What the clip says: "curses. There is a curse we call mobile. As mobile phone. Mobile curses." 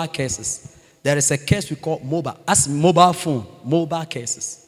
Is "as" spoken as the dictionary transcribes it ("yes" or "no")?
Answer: no